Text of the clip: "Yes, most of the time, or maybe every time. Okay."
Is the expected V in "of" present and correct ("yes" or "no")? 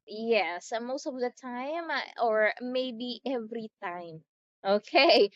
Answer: yes